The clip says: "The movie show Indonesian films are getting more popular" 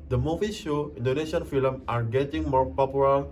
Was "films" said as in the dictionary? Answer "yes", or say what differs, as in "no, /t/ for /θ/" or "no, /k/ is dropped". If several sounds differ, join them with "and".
no, /z/ is dropped